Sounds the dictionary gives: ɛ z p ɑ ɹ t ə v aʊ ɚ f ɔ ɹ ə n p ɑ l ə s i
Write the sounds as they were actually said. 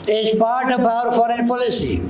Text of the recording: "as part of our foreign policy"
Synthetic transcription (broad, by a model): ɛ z p ɑ ɹ t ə p aʊ ɚ f ɔ ɹ ə n p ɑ l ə s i